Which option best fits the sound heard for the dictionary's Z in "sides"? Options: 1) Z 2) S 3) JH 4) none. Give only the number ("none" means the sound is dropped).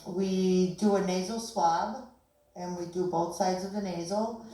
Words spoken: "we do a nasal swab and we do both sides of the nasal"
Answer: 1